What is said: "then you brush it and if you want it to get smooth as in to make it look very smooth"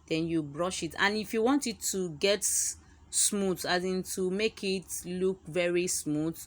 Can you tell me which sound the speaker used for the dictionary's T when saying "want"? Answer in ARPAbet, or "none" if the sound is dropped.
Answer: T